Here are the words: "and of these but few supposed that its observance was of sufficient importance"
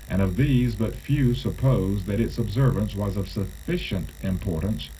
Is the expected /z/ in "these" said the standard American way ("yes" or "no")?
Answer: yes